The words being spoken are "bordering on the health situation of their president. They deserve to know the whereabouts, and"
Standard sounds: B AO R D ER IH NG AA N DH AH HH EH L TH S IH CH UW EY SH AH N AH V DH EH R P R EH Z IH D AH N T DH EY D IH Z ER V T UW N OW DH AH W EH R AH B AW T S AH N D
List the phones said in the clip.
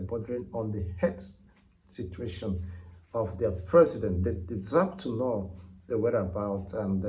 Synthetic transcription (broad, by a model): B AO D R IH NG AA N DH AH HH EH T S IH CH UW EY SH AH N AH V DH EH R P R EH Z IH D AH N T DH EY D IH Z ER P T UW N OW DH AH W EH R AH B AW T AH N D